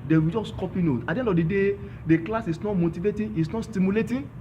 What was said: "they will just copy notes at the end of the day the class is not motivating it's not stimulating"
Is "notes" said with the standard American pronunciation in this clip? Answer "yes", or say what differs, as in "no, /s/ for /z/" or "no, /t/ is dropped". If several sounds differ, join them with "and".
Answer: no, /s/ is dropped